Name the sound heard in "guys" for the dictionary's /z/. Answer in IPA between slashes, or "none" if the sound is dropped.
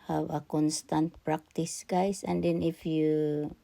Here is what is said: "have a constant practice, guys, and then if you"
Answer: /s/